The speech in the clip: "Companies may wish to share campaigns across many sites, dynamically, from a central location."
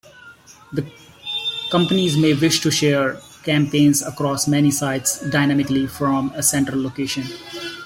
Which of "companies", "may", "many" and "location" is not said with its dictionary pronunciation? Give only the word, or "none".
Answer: none